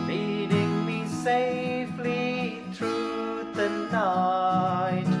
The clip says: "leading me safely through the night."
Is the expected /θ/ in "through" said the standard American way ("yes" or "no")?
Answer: no